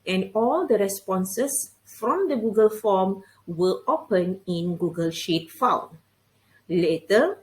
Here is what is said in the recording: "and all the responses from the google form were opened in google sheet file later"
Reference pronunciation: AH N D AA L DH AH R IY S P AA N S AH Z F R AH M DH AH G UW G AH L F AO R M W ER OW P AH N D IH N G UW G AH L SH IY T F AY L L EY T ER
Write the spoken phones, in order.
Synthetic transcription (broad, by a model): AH N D AA L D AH R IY S P AA N S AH S F R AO M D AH G UW G AH L F AO M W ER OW P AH N IH N G UW G AH L SH IY T F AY N L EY T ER